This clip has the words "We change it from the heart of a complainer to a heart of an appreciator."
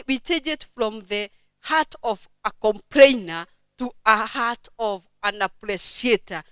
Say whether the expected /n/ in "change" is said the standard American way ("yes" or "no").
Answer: no